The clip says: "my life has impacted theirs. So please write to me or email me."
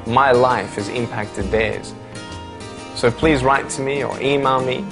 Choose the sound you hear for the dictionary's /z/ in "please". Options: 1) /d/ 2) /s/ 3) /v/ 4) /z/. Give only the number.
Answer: 4